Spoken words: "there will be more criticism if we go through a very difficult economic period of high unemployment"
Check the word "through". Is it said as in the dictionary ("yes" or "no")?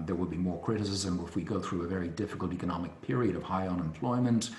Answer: yes